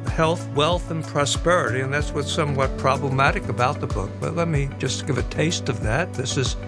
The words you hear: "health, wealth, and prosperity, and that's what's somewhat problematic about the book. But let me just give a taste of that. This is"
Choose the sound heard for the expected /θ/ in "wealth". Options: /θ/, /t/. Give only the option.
/θ/